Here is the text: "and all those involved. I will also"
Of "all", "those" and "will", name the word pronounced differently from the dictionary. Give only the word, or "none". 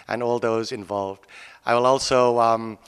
none